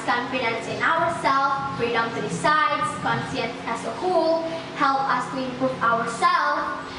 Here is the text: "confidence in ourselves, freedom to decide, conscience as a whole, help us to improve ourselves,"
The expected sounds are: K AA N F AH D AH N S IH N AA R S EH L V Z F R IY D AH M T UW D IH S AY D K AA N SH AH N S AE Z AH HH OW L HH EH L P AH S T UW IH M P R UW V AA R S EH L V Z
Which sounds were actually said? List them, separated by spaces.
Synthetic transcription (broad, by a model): K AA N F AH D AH N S IH N AA R S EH L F F R IY D AH M T UW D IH S AY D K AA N S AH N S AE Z AH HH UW L HH EH L P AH S T UW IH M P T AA W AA R S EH L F